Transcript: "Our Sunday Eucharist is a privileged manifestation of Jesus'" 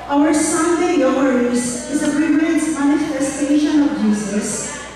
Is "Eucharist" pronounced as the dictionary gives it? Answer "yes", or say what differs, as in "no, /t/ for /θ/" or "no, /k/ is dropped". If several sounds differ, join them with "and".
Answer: no, /t/ is dropped